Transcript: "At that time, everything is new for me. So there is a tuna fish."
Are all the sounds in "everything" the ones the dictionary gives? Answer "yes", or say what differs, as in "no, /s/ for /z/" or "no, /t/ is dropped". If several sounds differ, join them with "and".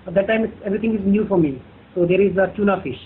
no, /t/ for /θ/